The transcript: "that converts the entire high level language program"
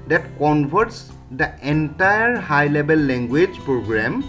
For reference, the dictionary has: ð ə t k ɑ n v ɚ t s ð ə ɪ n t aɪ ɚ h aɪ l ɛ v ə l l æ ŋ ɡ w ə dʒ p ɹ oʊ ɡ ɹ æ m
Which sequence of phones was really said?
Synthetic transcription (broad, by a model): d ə t k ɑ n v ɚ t s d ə ɪ n t aɪ ɚ h aɪ l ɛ b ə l l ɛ ŋ ɡ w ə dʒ p ɹ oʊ ɡ ɹ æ m